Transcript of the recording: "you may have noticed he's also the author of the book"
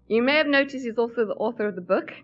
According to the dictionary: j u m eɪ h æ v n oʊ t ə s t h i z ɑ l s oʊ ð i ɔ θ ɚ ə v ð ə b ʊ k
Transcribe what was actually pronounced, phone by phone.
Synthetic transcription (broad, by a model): j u m eɪ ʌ v n oʊ t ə s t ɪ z ɑ l s oʊ ð i ɔ θ ɚ ə v ð ə b ʊ k